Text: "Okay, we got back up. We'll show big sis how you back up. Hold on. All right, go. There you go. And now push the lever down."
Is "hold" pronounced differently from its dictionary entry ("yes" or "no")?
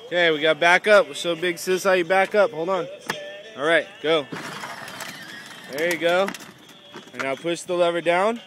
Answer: no